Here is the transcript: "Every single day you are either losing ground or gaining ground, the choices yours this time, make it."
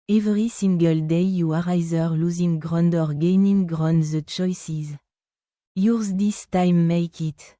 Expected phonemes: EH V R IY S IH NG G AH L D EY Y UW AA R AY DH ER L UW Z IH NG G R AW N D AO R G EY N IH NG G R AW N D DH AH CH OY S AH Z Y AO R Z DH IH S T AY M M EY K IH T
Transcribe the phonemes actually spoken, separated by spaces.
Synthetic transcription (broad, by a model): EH V R IY S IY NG G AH L D EY Y UW AA R AY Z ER L UW Z IH NG G R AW N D AO R G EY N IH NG G R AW N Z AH CH OY S AH Z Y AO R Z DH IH S T AY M M EY K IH T